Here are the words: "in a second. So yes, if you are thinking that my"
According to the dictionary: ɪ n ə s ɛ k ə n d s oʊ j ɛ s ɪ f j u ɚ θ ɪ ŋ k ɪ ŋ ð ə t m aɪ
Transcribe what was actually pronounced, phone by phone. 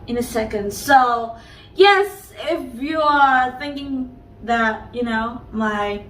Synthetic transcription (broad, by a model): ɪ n ə s ɛ k ə n d s oʊ j ɛ s ɪ f j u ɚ θ ɪ ŋ k ɪ ŋ ð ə t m aɪ